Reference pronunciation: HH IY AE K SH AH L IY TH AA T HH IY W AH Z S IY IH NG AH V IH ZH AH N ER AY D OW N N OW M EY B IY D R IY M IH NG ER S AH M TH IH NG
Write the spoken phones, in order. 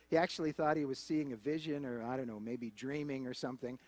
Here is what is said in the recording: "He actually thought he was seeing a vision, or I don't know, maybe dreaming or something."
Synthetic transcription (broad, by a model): HH IY AE K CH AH L IY TH AA T HH IY W AH Z S IY IH NG AH V IH ZH AH N ER AY D OW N N OW M EY B IY D R IY M IH NG ER S AH M TH IH NG